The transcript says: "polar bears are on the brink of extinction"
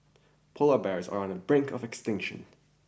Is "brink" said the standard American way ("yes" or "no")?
yes